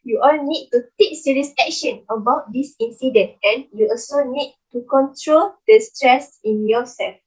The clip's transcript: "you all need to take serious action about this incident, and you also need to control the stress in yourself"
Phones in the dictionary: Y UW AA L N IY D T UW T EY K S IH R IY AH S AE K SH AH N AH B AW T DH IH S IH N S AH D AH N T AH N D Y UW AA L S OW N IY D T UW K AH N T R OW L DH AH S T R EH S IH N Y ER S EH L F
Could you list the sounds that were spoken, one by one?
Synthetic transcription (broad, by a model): Y UW AA L N IY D T UW T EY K S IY R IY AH S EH K SH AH N AH B AW T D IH S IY N S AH D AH N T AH N Y UW AA L S OW N IY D T UW K AH N T R OW L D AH S T R EH S IH N Y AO S EH L F